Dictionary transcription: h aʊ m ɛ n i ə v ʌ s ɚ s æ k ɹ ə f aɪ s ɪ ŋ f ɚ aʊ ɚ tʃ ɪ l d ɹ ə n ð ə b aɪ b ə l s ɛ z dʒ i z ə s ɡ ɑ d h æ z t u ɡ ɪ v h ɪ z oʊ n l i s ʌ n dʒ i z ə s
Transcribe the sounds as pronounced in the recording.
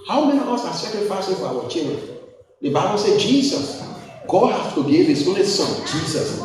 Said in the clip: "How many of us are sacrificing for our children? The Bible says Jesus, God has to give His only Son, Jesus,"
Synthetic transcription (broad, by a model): h aʊ m ɛ n i ə v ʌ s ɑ s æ k ɹ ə f aɪ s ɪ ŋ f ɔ aʊ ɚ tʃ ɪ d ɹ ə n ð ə b aɪ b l s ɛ dʒ i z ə s ɡ ɑ d h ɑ s t u ɡ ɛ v h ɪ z oʊ n l i s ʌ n dʒ i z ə s